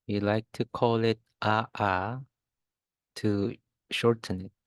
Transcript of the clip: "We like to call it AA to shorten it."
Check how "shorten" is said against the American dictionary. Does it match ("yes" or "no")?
yes